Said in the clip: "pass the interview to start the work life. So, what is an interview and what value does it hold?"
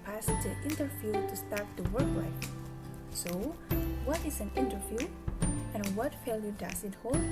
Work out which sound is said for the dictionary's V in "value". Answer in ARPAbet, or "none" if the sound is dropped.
F